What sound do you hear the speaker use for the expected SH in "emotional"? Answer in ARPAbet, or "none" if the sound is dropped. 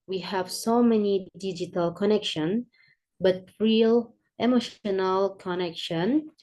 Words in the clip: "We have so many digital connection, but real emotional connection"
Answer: SH